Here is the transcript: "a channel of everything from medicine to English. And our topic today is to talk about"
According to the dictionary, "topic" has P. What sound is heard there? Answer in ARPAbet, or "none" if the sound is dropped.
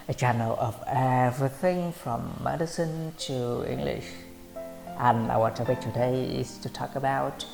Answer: B